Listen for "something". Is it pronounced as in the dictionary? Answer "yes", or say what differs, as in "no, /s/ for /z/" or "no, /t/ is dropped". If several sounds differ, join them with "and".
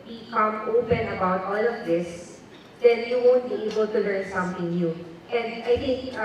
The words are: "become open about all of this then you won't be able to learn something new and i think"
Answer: no, /t/ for /θ/